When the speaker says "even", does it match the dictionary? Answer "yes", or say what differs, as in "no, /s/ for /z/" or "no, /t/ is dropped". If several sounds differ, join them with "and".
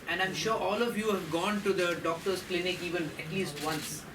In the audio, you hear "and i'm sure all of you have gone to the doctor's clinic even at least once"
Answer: yes